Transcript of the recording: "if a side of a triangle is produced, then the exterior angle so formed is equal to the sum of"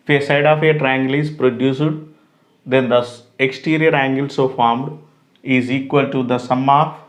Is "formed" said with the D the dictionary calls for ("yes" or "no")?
yes